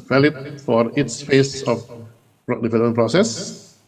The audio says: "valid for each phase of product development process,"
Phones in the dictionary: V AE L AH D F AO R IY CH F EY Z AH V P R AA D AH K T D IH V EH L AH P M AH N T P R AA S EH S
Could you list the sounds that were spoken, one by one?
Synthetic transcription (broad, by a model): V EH L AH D F AO R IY S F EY S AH F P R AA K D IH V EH L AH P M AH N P R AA S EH S